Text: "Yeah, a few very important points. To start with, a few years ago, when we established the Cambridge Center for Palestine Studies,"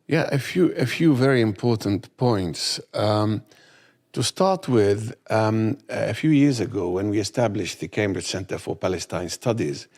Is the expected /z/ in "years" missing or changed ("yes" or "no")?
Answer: no